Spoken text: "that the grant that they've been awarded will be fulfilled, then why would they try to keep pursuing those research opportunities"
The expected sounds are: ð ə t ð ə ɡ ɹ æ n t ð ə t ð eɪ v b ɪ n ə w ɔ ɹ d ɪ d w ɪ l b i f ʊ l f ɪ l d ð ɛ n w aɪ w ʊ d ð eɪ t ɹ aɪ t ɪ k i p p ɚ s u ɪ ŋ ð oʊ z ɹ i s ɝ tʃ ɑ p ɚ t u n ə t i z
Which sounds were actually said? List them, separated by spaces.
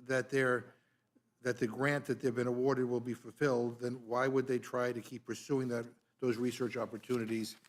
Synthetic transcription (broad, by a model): ð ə t ð ə ɡ ɹ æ n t ð ə t ð eɪ v b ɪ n ə w ɔ ɹ d ɪ d w ɪ l b i f l f ɪ l d ð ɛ n w aɪ w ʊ d ð eɪ t ɹ aɪ t ɪ k i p p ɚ s u ɪ ŋ ð oʊ z ɹ i s ɝ tʃ ɑ p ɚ t u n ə t i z